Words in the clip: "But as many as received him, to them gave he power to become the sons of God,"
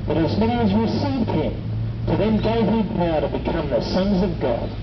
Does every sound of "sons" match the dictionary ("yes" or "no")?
yes